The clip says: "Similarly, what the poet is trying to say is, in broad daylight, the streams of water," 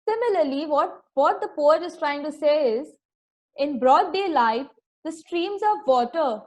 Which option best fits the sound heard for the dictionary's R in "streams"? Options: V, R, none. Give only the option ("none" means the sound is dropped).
R